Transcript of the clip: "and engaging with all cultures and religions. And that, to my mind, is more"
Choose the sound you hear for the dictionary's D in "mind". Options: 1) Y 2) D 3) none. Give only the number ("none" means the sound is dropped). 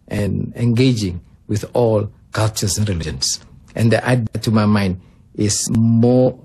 2